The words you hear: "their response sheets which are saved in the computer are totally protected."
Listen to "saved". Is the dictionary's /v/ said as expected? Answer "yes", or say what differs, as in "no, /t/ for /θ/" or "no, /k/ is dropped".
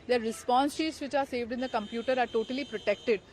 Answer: yes